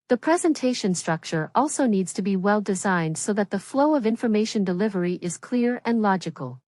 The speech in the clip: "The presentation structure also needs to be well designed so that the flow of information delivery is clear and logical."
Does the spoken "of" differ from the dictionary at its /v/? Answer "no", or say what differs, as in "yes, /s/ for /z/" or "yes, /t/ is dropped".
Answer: no